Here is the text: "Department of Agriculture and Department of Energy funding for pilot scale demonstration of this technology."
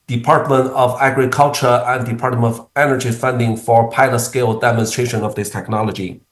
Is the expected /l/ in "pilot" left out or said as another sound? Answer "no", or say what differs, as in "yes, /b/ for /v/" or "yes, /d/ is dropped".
no